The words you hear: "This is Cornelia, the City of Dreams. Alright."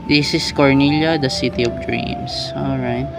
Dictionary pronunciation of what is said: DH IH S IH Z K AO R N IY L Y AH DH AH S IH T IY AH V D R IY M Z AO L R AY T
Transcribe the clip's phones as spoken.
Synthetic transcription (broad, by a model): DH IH S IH S K AO R N IY L Y AH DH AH S IH T IY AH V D R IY M S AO L R AY T